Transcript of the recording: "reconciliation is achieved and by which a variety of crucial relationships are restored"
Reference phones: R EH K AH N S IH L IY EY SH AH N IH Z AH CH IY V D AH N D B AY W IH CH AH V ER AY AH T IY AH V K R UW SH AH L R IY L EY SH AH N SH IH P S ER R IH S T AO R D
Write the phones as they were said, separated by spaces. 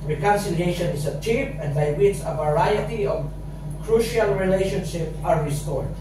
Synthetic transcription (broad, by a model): R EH K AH N S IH L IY EY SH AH N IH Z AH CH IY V AH N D B AY W IH CH AH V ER AY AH T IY AH V K R UW SH AH L R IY L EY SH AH N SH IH P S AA R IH S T AO R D